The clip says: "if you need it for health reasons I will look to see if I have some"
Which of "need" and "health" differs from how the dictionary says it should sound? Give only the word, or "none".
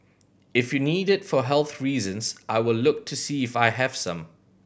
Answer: none